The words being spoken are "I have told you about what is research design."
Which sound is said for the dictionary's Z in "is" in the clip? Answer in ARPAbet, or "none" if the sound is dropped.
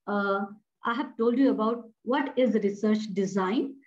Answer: Z